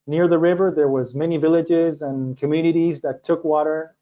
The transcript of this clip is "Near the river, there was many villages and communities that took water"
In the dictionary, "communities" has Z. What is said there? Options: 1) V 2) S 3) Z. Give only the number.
3